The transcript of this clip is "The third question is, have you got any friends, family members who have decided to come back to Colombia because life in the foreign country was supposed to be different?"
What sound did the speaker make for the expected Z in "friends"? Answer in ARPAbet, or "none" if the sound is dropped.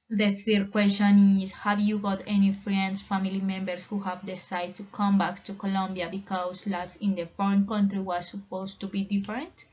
S